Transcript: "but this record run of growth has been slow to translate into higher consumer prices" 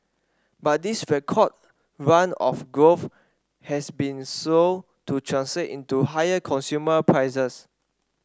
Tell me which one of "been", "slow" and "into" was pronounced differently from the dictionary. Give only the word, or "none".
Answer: slow